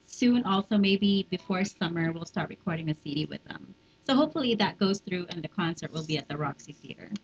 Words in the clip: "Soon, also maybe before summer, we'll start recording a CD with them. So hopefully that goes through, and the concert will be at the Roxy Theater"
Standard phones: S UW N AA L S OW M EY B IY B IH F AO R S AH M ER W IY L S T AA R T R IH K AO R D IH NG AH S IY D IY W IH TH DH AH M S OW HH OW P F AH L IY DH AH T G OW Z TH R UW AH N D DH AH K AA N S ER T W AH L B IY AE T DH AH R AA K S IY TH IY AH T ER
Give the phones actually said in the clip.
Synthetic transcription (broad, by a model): S UW N AA L S OW M EY B IY B IH F AO R S AH M ER W IY L S T AA R T R IH K AO R D IH NG AH S IY D IY W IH DH AH M S OW HH OW P F L IY DH AH T G OW Z TH R UW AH N DH AH K AA N S ER T W AH L B IY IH T DH AH R AA K S IY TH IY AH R